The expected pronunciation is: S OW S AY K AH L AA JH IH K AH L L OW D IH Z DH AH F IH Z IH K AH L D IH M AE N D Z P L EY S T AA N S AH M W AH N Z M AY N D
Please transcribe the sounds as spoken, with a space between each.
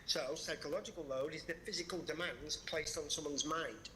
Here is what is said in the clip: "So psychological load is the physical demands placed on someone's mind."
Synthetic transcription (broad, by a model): S OW S AY K AH L AA JH IH K AH L L OW D IH Z DH AH F IH Z IH K AH L D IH M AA N D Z P L EY S T N S AH M W AH N Z M AY N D